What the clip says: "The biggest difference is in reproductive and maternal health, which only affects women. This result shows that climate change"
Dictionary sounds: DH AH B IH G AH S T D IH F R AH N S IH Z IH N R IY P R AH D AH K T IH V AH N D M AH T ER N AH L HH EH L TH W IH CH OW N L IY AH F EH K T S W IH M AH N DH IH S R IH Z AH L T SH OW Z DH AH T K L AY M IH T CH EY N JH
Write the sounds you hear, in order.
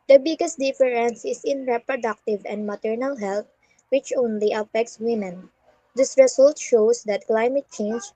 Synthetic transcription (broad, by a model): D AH B IH G AH S T D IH F R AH N S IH S IH N R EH P R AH D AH K T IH V AH N D M AH T ER N AH L HH EH L T W IH CH OW N L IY AH F EH K T S W IH M AH N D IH S R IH S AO L T SH OW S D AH T K L AY M IH T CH EY N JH